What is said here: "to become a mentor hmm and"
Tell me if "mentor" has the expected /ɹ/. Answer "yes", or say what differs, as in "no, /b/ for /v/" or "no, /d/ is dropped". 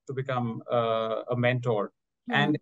yes